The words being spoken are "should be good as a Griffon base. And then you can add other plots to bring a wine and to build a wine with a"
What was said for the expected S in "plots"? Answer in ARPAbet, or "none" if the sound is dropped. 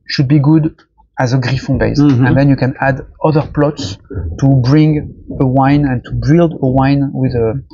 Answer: S